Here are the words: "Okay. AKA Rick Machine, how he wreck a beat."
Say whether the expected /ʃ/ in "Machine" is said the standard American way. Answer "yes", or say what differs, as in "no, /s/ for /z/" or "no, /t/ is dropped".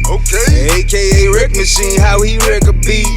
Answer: no, /s/ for /ʃ/